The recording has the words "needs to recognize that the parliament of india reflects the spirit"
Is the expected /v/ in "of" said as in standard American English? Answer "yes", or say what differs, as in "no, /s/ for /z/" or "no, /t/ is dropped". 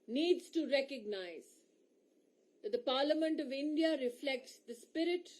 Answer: yes